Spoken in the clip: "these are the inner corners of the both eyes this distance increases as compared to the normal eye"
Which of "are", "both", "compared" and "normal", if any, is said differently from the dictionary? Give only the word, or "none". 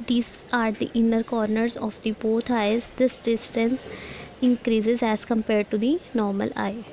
both